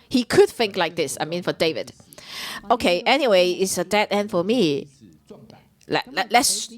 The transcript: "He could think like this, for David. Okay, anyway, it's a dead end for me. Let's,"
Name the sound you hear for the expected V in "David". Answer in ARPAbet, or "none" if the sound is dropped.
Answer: V